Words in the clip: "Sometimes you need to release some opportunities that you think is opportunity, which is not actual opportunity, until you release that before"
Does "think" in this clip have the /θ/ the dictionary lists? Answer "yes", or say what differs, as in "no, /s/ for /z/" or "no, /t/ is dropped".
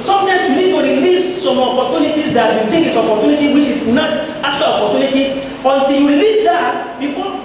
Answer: no, /t/ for /θ/